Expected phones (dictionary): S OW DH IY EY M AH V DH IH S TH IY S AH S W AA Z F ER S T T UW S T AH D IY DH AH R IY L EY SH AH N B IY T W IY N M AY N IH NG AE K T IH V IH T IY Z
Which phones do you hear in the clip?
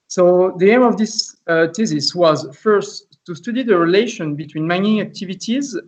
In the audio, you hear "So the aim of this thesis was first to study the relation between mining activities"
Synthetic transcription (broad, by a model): S OW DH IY EY M AH V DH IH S T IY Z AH S W AA Z F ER S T T UW S T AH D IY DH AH R IY L EY SH AH N B IY T W IY N M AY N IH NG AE K T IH V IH T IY Z